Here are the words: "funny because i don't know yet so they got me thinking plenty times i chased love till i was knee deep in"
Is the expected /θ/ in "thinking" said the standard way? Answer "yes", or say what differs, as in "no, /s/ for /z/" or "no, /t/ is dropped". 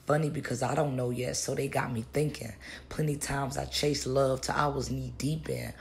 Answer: yes